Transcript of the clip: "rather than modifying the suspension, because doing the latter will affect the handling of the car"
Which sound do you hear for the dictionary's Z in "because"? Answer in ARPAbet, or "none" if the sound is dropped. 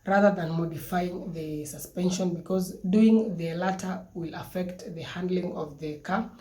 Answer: Z